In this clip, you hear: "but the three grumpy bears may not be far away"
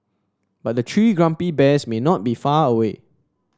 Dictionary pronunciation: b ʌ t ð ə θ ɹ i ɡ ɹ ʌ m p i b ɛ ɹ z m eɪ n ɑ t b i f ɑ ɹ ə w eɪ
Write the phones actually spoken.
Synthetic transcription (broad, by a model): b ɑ t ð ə t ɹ i ɡ ɹ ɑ m p i b ɛ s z m eɪ n ɑ t b i f ɑ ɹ ə w eɪ